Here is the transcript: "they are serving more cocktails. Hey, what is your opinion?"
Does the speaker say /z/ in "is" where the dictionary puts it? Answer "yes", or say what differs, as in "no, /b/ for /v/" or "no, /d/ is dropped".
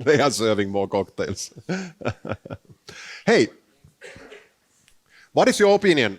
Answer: no, /s/ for /z/